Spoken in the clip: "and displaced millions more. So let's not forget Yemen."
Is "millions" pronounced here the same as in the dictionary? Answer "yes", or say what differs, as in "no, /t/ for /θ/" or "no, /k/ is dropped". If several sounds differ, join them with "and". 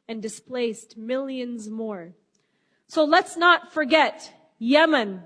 yes